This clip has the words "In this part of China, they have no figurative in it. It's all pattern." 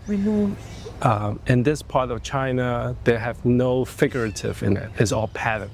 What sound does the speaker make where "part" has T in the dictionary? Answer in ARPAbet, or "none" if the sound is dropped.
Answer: T